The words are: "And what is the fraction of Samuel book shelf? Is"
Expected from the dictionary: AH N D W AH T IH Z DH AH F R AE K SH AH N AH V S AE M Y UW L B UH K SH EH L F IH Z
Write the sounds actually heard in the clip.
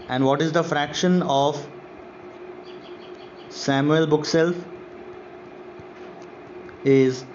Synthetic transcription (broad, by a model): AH N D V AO T IH Z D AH F R AE K SH AH N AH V S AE M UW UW L B UH K S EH L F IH Z